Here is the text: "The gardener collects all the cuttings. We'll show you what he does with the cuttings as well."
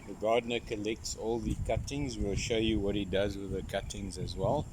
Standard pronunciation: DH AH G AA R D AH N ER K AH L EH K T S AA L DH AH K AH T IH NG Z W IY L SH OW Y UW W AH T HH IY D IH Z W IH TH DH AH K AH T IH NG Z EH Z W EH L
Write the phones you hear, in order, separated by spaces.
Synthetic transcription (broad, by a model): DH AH G AA D N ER K AH L EH K T S AA L DH AH K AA T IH NG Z W IY L SH OW Y UW W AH T HH IY D IH Z W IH DH AH K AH T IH NG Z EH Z W EH L